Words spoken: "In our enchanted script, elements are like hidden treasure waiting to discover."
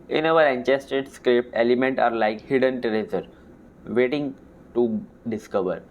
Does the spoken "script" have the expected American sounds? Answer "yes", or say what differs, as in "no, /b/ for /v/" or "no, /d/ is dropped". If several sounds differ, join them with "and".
no, /t/ is dropped